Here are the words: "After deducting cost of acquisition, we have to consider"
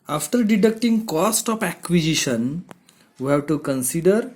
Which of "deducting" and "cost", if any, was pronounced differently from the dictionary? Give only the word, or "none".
none